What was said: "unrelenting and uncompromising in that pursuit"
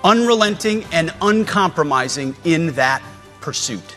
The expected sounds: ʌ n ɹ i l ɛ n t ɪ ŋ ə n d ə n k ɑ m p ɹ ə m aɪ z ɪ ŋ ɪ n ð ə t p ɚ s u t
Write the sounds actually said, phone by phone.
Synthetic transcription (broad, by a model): ʌ n ɹ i l ɛ n t ɪ ŋ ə n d ə n k ɑ m p ɹ ə m aɪ z ɪ ŋ ɪ n ð ə t p ɚ s u t